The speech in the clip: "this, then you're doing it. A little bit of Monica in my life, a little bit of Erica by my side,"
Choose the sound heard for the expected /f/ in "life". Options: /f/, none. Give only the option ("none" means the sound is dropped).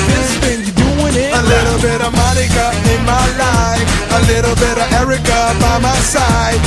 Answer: none